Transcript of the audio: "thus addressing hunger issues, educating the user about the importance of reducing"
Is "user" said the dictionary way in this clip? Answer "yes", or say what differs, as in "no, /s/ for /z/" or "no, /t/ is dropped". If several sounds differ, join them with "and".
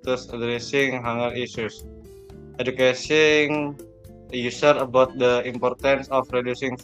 no, /s/ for /z/